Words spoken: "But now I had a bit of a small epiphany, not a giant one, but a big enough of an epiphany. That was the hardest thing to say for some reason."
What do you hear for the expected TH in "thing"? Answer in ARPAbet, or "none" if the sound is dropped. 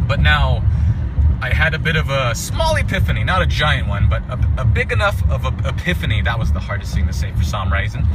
S